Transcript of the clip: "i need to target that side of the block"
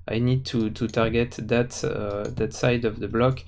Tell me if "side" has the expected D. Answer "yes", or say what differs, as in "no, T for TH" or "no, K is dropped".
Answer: yes